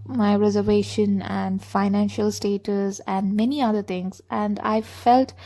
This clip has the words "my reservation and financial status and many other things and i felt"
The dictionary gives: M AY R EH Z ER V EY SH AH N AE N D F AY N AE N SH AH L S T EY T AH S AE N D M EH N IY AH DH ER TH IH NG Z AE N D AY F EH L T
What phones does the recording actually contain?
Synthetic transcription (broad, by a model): M AY R EH Z ER V EY SH AH N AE N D F AY N AE N SH AH L S T EY T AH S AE N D M EH N IY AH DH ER T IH NG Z AE N D AY F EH L T